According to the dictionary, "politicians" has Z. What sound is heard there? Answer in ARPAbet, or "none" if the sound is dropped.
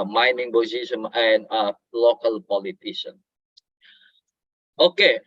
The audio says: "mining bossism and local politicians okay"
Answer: none